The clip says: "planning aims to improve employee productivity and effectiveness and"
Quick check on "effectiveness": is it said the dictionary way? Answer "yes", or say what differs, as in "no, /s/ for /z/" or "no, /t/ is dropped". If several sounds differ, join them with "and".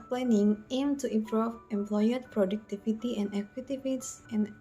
no, /k/ is dropped and /n/ is dropped